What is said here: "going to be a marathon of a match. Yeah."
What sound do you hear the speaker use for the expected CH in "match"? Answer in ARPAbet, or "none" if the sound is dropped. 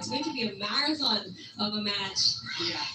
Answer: CH